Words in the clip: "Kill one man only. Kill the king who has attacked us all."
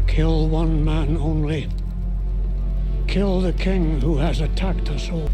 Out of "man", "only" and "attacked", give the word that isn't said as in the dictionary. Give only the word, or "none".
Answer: none